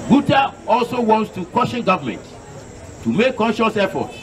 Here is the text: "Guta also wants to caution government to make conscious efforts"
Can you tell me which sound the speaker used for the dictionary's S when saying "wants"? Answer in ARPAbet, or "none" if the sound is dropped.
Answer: S